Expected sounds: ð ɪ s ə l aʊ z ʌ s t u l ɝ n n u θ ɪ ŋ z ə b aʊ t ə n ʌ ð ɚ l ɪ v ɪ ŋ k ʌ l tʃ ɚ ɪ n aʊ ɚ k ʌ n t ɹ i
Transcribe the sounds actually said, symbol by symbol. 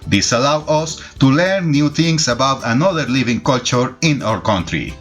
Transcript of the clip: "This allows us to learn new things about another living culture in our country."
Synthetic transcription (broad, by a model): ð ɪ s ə l aʊ ʌ s t u l ɝ n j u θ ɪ ŋ s ə b aʊ t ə n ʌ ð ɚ l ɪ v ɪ ŋ k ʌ l tʃ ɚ ɪ n aʊ ɚ k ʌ n t ɹ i